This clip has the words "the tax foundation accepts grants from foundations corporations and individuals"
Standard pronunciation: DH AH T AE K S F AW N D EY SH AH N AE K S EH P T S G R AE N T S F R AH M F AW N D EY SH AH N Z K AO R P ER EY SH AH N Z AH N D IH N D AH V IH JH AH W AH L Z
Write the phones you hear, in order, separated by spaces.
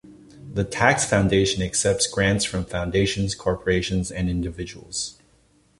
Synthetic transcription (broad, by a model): DH AH T AE K S F AW N D EY SH AH N AE K S EH P T S G R AE N T S F R AH M F AW N D EY SH AH N Z K AO R P ER EY SH AH N Z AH N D IH N D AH V IH JH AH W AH L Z